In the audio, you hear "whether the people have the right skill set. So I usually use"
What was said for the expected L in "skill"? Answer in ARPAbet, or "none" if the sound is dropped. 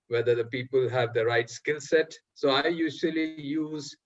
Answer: L